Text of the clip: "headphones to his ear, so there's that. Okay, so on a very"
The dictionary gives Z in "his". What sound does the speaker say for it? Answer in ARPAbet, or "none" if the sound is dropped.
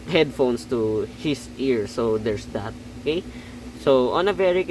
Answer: S